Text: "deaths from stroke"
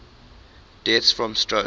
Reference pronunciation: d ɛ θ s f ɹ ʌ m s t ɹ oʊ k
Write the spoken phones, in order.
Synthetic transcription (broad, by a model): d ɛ t s f ɹ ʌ m s t ɹ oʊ